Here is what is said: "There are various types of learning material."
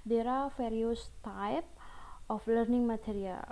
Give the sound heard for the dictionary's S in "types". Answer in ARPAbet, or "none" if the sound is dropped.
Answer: none